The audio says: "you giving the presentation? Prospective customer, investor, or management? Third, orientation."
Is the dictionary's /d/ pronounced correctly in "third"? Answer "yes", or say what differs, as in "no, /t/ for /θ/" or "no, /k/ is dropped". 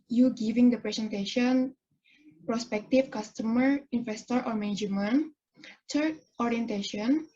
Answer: no, /d/ is dropped